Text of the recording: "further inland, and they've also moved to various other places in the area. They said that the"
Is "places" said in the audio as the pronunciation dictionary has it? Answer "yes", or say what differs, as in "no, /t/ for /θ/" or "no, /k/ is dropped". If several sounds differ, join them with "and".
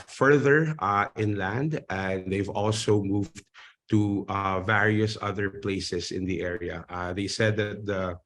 no, /s/ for /z/